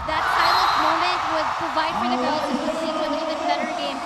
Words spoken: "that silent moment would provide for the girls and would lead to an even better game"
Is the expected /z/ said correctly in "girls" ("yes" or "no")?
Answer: no